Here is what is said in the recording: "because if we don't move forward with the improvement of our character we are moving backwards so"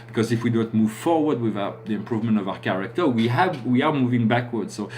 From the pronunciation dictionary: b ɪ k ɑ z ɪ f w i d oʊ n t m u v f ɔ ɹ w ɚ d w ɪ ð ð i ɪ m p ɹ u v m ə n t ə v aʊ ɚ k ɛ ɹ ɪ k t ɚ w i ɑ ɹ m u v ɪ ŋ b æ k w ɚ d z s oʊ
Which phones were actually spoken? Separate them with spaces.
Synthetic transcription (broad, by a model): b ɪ k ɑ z ɪ f w i d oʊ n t m u v f ɔ ɹ w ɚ d w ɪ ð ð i ɪ m p ɹ u v m ə n t ə v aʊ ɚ k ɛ ɹ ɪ k t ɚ w i ɑ ɹ m u v ɪ ŋ b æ k w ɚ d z s oʊ